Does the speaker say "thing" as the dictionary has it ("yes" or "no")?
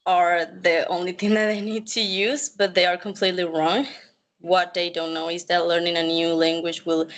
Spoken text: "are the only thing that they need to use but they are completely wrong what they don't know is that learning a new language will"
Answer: yes